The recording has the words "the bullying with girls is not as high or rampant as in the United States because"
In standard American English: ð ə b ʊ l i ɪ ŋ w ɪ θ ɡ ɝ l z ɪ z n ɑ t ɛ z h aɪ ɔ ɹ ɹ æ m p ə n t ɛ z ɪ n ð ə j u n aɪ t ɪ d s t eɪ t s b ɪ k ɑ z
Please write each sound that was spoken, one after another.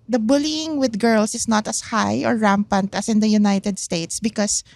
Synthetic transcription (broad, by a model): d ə b ʊ l i ɪ ŋ w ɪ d ɡ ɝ l s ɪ s n ɑ t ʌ s h aɪ ɔ ɹ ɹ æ m p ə n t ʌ s ɪ n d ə j u n aɪ t ɪ d s t eɪ t s b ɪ k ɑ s